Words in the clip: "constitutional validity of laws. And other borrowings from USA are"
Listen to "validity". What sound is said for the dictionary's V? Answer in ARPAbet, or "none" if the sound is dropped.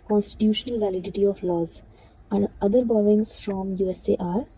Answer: V